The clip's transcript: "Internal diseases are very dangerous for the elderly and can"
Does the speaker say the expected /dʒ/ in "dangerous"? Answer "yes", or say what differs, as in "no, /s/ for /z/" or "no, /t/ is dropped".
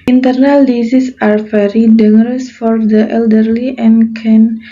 no, /dʒ/ is dropped